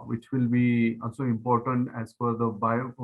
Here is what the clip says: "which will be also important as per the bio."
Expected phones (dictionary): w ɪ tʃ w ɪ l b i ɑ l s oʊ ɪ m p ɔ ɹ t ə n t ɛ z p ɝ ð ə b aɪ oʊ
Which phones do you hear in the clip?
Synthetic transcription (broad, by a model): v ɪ tʃ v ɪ l b i ɑ l s oʊ ɪ m p ɔ ɹ t ə n t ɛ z f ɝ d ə b aɪ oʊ